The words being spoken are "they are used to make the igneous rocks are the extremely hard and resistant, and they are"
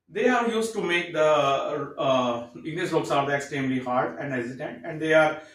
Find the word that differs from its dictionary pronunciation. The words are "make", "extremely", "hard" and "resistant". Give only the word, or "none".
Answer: resistant